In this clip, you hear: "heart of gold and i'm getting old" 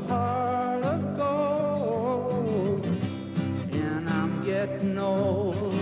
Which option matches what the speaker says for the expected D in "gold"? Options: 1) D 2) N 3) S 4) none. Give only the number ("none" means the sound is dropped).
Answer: 4